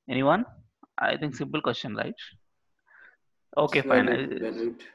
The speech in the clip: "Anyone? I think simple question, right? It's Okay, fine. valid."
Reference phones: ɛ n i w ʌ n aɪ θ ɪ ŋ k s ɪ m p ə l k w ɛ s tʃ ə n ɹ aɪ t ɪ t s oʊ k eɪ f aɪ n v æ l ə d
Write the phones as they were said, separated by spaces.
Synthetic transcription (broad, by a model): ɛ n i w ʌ n aɪ t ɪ ŋ k s ɪ m p ə l k w ɛ s tʃ ə n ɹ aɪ ɪ t oʊ k eɪ f aɪ n